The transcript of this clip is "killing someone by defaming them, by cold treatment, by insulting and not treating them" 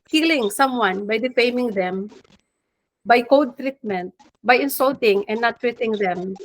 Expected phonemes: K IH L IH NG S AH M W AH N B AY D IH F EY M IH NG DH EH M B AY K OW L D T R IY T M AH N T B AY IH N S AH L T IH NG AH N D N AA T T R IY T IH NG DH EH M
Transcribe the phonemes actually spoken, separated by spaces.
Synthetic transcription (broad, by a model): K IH L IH NG S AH M W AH N B AY D IH F EY M IH NG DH EH M B AY K OW D T R IY T M AH N T B AY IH N S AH L T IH NG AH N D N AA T T R IY T IH NG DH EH M